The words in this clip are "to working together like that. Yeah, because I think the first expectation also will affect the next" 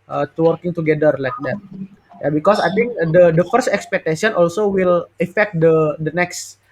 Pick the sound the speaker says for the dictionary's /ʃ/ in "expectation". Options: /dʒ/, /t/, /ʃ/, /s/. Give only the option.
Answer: /s/